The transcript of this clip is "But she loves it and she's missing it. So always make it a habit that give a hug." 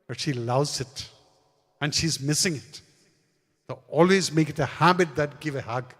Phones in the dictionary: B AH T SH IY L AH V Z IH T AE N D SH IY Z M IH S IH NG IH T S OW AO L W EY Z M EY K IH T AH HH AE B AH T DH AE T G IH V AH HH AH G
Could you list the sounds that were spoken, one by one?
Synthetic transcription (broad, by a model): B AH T SH IY L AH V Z IH T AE N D SH IY Z M IH S IH NG IH T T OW AO L W EY Z M EY K IH T AH HH AE B AH T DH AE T G IH V AH HH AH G